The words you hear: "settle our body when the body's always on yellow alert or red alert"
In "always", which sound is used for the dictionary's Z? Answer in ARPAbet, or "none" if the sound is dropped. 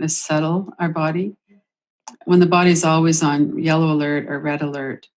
Z